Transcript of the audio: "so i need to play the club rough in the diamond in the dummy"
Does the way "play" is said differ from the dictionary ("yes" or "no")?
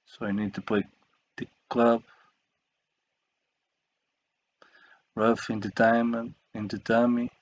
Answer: yes